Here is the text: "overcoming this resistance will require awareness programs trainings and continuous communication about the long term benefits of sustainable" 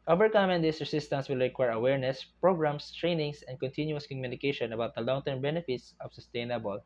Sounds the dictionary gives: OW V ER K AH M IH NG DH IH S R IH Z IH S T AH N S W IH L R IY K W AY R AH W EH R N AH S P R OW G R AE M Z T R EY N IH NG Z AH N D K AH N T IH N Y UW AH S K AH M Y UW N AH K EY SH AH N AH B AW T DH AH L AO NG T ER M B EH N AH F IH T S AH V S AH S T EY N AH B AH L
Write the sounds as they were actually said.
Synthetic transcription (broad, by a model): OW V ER K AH M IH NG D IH S R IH S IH S T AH N S W IH L R IY K W AY R AH W EH R N AH S P R OW G R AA M S T R EY N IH NG S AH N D K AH N T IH N Y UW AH S K AH M Y UW N AH K EY SH AH N AH B AW T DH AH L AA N T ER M B EH N AH F IH T S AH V S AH S T EY N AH B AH L